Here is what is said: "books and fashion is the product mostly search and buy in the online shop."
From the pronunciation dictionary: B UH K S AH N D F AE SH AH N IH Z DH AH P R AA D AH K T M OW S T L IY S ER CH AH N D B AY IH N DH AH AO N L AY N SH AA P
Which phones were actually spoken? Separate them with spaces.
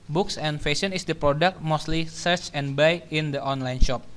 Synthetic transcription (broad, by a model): B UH K S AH N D F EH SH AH N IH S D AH P R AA D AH K T M OW S T L IY S ER CH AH N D B AY IH N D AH AO N L AY N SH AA P